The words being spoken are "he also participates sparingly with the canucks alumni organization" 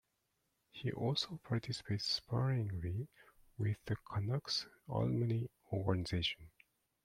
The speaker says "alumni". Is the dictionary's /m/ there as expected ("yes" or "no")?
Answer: no